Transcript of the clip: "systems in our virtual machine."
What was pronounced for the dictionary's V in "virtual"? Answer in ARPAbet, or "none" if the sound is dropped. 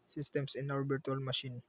B